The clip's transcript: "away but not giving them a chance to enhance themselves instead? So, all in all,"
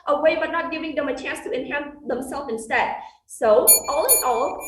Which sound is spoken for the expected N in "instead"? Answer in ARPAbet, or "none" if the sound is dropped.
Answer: N